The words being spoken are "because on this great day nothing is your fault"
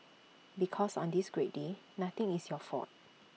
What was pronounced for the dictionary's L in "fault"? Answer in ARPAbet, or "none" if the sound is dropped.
none